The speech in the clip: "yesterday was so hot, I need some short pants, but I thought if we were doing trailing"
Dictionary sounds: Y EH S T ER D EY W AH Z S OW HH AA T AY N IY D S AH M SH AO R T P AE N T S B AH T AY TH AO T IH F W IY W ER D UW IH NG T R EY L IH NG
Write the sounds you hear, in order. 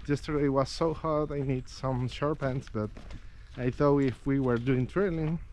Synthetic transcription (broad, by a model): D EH S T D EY W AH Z S OW HH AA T AY N IY D S AH M SH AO R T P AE N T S B AH T AY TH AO IH F W IY W ER D UW IH NG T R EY L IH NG